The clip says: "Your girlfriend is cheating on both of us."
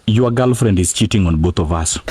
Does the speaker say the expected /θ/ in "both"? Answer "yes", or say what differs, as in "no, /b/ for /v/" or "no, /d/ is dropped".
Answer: no, /t/ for /θ/